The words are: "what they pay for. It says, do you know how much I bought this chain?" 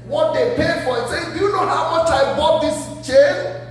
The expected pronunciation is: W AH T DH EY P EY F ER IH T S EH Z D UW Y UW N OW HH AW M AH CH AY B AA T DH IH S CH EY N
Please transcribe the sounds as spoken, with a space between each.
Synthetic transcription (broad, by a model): W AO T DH EY P EY F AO IH T S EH D UW Y UW N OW HH AW M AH CH AY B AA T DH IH S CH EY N